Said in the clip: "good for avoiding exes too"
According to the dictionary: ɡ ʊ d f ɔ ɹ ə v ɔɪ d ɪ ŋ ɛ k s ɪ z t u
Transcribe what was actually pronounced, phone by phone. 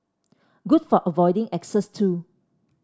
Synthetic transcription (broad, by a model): ɡ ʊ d f ɔ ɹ ə v ɔɪ d ɪ ŋ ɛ k s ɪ s t u